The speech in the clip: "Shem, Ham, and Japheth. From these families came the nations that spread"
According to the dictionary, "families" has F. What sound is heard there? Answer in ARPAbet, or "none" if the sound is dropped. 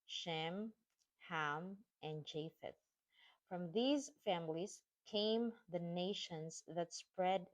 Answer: F